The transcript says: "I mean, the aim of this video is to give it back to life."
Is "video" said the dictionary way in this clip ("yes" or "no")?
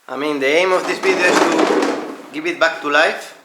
no